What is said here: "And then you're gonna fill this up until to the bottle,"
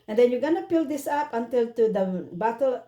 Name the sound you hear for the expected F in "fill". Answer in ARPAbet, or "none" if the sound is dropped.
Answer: P